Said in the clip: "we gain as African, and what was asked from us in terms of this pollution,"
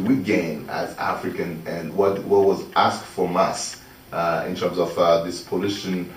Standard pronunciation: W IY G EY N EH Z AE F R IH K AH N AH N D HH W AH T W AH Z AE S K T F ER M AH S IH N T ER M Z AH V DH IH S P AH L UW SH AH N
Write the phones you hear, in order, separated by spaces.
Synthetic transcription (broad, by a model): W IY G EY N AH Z AE F R IH K AH N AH N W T W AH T W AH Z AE S K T F ER M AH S IH N T ER M Z AH V DH IH S P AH L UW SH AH N